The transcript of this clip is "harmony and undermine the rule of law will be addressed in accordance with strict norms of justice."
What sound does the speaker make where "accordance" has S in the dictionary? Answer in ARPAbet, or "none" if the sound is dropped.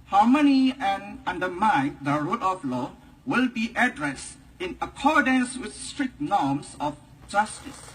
S